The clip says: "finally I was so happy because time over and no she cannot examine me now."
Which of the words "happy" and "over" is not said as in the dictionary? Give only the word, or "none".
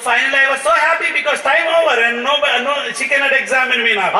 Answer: over